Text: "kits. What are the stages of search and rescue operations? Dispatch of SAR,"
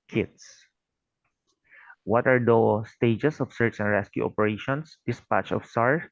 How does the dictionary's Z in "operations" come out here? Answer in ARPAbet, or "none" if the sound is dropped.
S